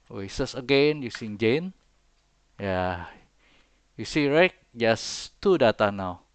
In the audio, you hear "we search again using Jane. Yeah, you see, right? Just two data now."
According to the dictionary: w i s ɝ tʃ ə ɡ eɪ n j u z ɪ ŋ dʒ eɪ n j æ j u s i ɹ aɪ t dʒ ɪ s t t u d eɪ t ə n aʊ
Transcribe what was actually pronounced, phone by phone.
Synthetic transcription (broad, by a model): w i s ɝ s ə ɡ eɪ n j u s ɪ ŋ dʒ eɪ n j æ j u s i ɹ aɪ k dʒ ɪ s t t u d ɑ t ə n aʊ